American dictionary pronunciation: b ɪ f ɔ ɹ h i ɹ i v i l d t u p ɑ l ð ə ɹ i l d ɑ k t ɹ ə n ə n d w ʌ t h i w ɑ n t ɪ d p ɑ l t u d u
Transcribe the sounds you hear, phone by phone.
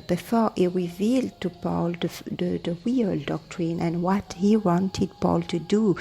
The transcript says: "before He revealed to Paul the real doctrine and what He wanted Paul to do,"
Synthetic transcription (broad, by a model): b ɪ f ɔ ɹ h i ɹ i v i l d t u p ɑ l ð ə w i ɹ d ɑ k t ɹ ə n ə n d w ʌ t h i w ɑ n t ɪ d p ɑ l t u d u